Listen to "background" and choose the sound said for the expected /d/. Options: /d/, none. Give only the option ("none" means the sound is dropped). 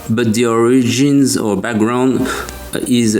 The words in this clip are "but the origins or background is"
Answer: /d/